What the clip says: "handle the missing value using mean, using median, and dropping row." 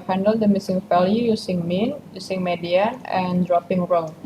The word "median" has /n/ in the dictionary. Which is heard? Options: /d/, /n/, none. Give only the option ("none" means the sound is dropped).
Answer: none